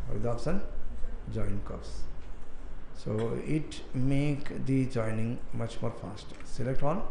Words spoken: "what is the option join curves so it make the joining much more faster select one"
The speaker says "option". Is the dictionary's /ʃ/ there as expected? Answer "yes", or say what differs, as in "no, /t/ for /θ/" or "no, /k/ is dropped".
no, /s/ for /ʃ/